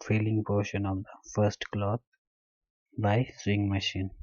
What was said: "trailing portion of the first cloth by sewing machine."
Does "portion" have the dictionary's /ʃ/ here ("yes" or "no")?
yes